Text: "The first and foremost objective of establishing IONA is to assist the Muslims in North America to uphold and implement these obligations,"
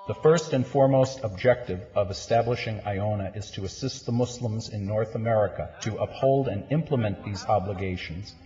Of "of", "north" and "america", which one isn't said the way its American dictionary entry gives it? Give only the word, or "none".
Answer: none